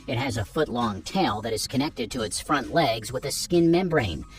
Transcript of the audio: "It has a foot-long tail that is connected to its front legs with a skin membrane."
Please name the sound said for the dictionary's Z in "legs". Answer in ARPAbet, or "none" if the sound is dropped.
Z